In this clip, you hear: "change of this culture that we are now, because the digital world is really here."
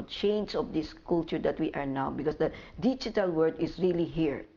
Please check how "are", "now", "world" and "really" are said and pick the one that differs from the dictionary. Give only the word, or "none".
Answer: world